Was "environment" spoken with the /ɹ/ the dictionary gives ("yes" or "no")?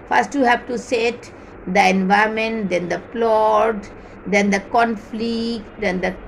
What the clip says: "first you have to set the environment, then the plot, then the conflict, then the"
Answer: no